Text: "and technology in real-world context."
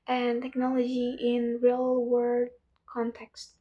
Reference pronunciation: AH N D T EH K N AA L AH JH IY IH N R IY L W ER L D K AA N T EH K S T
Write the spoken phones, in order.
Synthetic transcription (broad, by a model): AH N T EH K N AA L AH JH IY IH N R IY L W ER D K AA N T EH K S T